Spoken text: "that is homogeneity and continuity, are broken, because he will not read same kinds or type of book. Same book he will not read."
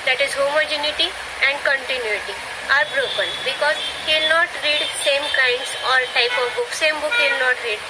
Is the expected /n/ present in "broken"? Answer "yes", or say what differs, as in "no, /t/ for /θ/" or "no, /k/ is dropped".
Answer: yes